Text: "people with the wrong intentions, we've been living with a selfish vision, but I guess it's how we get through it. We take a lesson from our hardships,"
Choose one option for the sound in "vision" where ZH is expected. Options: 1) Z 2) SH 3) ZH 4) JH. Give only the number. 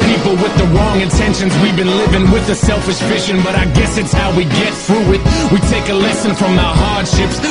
2